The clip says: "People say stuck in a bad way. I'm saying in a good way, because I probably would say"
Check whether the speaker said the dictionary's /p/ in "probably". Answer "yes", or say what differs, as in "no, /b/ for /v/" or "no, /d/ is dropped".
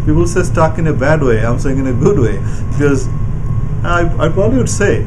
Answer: yes